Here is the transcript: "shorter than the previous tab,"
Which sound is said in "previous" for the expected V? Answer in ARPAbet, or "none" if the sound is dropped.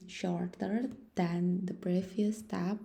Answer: F